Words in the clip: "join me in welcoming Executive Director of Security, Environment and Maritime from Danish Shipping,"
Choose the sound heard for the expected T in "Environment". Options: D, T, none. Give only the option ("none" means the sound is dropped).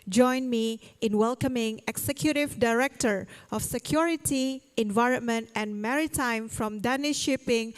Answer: T